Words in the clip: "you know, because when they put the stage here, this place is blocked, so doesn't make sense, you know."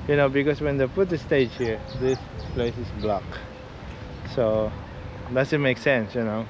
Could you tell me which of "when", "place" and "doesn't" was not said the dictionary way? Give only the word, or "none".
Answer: doesn't